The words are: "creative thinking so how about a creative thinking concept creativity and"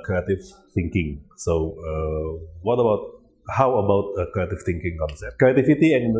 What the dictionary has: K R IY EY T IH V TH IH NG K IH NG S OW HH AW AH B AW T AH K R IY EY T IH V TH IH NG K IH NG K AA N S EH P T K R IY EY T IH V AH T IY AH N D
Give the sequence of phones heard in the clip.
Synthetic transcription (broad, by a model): K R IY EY T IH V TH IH NG K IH NG S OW HH AW AH B AW T AH K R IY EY T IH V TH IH NG K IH NG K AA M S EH T K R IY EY T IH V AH T IY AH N